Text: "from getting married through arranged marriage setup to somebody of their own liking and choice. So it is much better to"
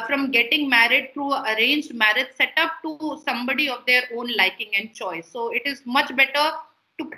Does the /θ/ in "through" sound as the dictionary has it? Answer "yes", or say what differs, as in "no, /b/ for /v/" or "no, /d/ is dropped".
no, /t/ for /θ/